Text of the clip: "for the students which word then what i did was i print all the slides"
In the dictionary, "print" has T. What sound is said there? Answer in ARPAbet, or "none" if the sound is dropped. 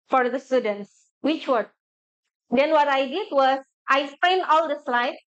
none